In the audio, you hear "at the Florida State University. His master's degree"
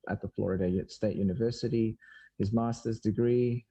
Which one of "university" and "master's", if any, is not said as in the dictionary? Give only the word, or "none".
none